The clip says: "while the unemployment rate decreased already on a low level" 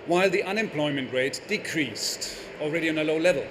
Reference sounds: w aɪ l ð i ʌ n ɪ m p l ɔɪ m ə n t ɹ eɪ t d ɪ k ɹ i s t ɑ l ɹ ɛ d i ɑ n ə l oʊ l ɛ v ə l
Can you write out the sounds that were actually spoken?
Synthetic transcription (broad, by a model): w aɪ l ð i ʌ n ɪ m p l ɔɪ m ə n t ɹ eɪ t d ɪ k ɹ i s t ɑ l ɹ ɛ d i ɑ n ə l oʊ l ɛ v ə l